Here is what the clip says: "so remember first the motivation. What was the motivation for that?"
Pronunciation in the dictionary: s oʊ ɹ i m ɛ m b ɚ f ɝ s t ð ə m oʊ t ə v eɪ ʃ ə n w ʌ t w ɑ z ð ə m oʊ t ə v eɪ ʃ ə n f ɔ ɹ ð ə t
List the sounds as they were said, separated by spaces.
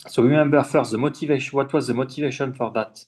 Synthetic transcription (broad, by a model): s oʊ w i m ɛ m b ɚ f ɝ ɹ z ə m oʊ t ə v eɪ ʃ w ʌ t w ɑ z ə m oʊ t ə v eɪ ʃ ə n f ɔ ɹ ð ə t